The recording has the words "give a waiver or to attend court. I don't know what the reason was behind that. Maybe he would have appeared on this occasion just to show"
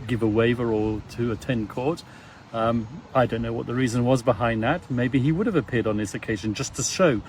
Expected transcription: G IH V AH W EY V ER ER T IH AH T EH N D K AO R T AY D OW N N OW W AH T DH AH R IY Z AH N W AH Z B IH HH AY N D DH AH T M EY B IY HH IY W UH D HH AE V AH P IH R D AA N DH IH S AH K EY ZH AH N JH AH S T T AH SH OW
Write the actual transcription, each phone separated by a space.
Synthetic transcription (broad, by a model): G IH V AH W EY V ER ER T IH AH T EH N K AO R T AY D OW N N OW W AH T DH AH R IY Z AH N W AH Z B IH HH AY N DH AH T M EY B IY IY W UH D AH V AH P IH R D N DH IH S AH K EY ZH AH N JH AH S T T AH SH OW